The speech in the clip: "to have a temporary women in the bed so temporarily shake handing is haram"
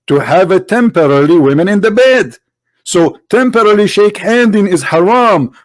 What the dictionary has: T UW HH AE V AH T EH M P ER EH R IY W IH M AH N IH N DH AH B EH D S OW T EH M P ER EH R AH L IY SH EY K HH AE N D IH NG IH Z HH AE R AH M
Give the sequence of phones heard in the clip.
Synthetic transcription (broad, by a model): T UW HH AE V AH T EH M P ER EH L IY W IH M AH N IH N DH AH B EH D S OW T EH M P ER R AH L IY SH EY K HH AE N D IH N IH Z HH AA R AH M